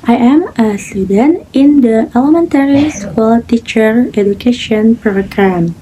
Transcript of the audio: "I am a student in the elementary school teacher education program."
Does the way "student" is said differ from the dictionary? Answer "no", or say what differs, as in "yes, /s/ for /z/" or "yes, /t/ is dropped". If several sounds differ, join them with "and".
no